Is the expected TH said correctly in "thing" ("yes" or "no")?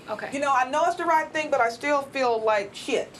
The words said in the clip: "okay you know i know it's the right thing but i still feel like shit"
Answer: yes